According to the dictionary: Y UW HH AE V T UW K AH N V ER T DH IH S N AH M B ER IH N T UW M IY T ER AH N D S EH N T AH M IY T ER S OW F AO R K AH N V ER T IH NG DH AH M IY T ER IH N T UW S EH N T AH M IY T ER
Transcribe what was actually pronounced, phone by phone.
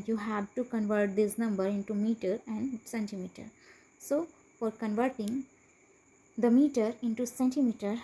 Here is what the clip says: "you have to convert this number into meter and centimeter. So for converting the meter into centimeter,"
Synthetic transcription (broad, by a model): Y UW HH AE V T UW K AH N V ER T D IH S N AH M B ER IH N T UW M IY T ER AH N D S EH N T AH M IY T ER S OW F AO R K AH N V ER T IH NG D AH M IY T ER IH N T UW S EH N T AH M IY T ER